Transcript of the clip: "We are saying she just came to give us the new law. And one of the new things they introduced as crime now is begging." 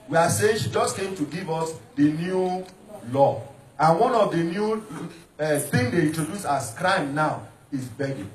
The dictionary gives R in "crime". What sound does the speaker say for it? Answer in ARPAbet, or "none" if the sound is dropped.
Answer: R